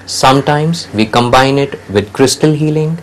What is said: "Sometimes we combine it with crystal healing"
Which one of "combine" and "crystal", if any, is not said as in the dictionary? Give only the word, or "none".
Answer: none